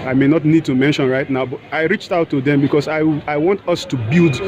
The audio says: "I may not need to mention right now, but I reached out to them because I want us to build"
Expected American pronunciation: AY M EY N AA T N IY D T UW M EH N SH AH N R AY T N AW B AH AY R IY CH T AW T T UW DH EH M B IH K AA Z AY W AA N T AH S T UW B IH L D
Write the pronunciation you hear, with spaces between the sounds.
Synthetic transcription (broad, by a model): AY M EY N AA T N IY D T UW M EH N SH AH N R AY T N AW B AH AY R IY CH T AW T T UW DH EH M B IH K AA S AY W AA N T AH S T UW B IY L D